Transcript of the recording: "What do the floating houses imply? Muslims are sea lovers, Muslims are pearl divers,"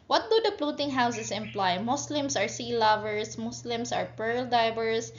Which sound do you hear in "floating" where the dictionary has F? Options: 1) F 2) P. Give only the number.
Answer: 2